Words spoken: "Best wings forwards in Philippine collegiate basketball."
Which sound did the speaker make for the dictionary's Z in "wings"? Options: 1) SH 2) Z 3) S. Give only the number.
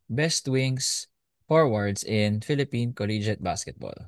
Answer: 3